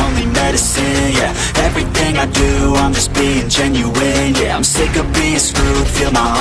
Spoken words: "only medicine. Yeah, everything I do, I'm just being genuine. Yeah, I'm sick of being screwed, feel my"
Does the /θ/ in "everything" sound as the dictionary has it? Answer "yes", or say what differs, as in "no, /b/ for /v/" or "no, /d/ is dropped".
yes